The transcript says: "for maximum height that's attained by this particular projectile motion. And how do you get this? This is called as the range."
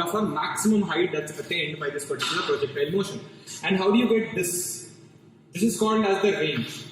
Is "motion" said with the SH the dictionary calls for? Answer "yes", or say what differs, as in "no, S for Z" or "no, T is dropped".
yes